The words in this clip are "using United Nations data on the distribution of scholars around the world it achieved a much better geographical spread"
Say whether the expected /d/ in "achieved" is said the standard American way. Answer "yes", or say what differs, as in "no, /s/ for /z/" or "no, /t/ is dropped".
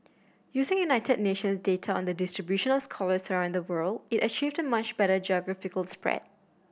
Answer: yes